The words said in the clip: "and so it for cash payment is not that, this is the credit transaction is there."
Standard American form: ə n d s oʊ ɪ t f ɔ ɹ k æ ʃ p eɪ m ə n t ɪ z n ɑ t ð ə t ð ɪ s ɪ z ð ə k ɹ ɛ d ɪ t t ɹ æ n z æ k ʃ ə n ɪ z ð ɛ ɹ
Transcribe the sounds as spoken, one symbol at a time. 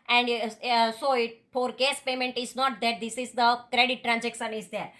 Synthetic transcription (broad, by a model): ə n d s oʊ ɪ t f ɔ ɹ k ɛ s p eɪ m ə n t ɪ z n ɑ t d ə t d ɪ s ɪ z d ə k ɹ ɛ d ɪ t t ɹ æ n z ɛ k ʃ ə n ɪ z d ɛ ɹ